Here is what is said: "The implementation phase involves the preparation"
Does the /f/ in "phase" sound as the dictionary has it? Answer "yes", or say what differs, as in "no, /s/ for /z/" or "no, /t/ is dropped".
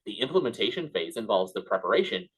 yes